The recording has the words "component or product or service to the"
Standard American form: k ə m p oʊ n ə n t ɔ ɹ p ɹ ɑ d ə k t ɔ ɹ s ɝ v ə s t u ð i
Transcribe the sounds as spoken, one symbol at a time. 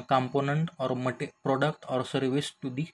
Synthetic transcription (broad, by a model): k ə m p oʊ n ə n t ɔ ɹ p ɹ ɑ d ə k t ɔ ɹ s ɝ v ə s t u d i